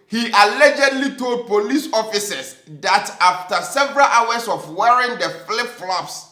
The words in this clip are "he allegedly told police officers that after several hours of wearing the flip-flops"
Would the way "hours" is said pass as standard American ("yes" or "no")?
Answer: no